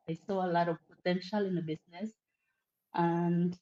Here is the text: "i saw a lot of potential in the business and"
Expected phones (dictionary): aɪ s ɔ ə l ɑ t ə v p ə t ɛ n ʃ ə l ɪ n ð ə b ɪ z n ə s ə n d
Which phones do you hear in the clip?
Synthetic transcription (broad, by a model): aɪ s ɔ ə l ɑ t ə v p ə t ɛ n ʃ ə l ɪ n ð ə b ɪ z n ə s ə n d